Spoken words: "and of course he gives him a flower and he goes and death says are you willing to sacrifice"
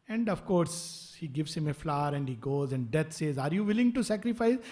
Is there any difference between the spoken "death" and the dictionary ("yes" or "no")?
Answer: yes